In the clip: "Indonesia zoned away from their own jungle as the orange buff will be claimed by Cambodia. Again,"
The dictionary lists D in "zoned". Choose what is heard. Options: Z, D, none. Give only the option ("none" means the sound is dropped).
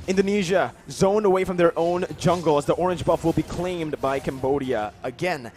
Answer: none